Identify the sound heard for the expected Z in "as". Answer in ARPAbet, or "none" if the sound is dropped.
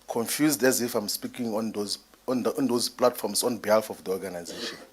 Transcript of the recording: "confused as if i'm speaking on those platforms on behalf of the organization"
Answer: Z